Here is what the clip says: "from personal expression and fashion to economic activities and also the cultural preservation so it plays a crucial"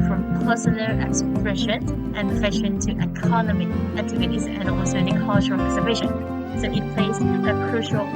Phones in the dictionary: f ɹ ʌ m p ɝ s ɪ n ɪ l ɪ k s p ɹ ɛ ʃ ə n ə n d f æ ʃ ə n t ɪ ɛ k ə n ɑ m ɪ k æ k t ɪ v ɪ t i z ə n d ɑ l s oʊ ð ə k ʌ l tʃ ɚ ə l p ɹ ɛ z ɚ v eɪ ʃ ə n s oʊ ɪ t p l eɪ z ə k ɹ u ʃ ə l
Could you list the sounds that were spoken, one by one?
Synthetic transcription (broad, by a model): f ɹ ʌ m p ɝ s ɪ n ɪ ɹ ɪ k s p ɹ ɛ ʃ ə n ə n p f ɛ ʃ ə n t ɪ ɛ k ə n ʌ m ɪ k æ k t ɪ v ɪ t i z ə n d ɑ l s oʊ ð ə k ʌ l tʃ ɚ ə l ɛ s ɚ b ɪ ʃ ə n s oʊ ɪ t p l eɪ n ə k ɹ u ʃ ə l